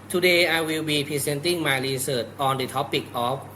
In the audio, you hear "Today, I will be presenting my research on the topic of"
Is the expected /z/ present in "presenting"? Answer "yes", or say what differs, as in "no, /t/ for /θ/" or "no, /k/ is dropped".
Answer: no, /s/ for /z/